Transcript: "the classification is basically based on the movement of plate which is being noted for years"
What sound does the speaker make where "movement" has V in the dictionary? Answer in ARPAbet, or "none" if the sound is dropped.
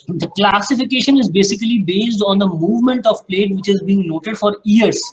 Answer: V